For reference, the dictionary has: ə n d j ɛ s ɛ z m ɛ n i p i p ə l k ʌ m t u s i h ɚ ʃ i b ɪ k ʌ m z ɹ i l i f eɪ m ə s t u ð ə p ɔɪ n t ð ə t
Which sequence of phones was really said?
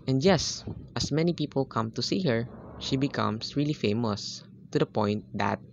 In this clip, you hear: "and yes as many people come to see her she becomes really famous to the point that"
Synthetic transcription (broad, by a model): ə n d j ɛ s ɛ s m ɛ n i p i p ə l k ʌ m t u s i h ɚ ʃ i b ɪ k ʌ m s ɹ i l i f eɪ m ə s t u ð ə p ɔɪ n t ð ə t